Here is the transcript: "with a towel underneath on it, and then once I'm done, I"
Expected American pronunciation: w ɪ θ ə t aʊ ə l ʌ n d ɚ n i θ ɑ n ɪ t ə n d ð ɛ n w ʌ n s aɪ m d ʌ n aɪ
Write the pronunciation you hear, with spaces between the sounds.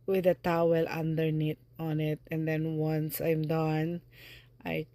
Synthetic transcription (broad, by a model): w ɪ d ə t aʊ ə l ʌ n d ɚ n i t ɑ n ɪ t ə n d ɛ n w ʌ n s aɪ m d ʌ n aɪ